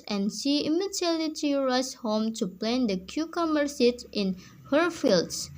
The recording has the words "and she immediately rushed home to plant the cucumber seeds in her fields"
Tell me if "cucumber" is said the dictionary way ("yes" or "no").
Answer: no